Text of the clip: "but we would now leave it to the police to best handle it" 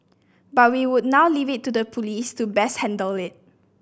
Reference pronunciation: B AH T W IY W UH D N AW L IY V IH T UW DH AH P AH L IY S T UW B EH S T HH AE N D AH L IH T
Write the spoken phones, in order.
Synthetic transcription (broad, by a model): B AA T W IY W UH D N AW L IY V IH T UW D AH P AH L IY S T UW B EH S HH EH N D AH L IH T